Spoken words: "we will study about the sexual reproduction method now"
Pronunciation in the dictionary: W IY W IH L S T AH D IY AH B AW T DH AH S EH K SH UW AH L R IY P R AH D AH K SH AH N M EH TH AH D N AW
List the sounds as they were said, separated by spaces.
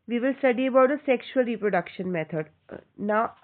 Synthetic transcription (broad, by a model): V IY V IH L S T AH D IY AH B AW T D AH S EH K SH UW AH L R IY P R AH D AH K SH AH N M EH T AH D N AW